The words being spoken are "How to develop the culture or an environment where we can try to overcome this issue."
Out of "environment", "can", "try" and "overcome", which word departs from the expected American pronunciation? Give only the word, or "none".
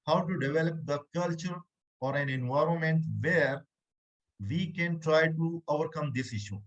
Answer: none